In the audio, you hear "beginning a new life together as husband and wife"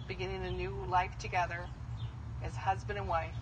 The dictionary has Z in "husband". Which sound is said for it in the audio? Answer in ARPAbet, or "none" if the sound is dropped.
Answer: Z